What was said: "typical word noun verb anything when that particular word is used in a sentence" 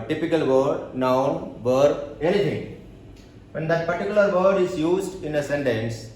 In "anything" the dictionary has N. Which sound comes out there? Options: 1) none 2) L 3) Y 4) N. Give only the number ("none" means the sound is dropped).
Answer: 2